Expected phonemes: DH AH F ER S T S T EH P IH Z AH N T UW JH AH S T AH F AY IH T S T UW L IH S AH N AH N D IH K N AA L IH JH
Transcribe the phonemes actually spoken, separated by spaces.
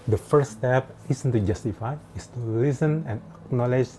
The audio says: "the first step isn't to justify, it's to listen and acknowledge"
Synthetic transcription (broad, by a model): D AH F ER T S T EH P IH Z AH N T UW JH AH S T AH F AY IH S T UW L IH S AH N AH N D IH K N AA L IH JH